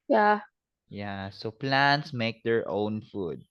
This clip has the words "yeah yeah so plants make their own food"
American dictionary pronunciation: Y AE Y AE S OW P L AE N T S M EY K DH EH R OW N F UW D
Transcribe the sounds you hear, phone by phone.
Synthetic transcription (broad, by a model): Y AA Y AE S OW P L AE N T S M EY K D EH R OW N F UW D